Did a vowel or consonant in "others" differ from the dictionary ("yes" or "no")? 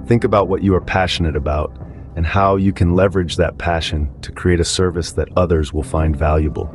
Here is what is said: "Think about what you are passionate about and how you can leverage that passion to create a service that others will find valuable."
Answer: no